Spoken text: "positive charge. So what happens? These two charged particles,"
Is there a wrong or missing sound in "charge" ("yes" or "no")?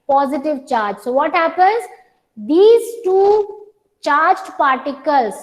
no